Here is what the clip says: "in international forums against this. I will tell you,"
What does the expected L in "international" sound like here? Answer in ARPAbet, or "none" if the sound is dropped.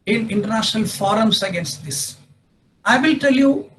L